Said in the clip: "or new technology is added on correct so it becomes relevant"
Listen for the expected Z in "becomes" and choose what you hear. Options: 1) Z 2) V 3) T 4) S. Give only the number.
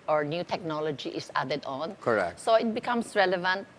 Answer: 4